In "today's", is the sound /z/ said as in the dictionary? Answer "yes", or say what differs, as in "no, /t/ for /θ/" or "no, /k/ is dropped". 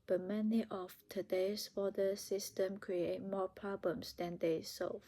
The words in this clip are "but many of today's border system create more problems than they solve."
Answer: no, /s/ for /z/